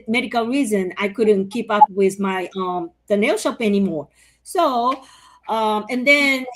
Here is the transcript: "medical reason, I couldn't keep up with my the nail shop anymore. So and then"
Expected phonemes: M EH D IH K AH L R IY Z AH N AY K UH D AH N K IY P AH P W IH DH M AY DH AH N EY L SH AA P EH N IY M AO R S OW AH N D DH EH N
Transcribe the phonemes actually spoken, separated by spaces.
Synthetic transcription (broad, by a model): M EH D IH K L R IY Z AH N AY K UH D N K IY P AH P W IH DH M AY DH AH N EY L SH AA P EH N IY M AO R S OW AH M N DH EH N